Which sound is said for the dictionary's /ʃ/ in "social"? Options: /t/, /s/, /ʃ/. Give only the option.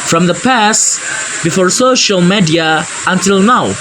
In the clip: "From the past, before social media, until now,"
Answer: /ʃ/